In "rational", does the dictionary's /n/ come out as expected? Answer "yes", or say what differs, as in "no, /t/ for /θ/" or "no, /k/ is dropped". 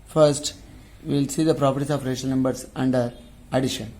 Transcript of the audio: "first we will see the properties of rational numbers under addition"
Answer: no, /n/ is dropped